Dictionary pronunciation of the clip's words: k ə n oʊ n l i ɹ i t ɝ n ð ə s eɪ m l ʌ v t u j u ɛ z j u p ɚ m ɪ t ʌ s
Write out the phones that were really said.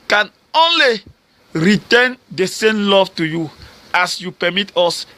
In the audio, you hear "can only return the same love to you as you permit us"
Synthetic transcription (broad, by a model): k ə n oʊ n l i ɹ i t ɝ n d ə s eɪ m l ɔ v t u j u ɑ s j u p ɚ m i t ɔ s